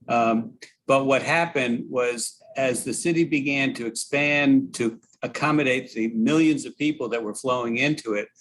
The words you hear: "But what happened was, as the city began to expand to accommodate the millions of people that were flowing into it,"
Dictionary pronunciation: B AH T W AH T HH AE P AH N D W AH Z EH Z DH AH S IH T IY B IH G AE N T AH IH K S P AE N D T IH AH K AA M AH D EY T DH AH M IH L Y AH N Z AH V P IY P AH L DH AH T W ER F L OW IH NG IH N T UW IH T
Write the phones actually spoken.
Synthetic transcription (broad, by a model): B AH T W AH T HH AE P AH N D W AH Z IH Z DH AH S IH T IY B IH G AE N T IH K S P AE N T IH AH K AA M AH D EY T DH AH M IH L Y AH N Z AH V P IY P L DH AH T W ER F L OW IH NG IH N T UW IH T